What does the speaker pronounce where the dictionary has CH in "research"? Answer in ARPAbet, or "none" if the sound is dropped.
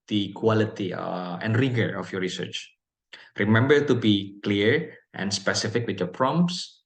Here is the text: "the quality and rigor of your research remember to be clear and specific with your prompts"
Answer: CH